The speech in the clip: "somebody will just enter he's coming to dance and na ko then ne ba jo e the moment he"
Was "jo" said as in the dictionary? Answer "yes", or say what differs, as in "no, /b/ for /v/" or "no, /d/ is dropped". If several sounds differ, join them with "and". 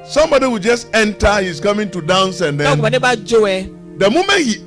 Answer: yes